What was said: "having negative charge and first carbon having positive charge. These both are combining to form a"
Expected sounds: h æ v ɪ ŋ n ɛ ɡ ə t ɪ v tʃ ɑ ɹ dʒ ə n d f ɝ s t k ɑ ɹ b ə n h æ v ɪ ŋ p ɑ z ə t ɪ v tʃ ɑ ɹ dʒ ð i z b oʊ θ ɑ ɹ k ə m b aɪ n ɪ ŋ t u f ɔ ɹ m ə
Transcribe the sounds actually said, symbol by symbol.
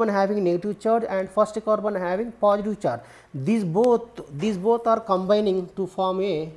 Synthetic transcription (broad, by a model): h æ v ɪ ŋ n ɛ ɡ ə t ɪ v tʃ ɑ ɹ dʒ ə n d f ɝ s t k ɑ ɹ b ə n h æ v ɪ ŋ p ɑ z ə t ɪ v tʃ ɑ ɹ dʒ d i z b oʊ t ɑ ɹ k ə m b aɪ n ɪ ŋ t u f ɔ ɹ m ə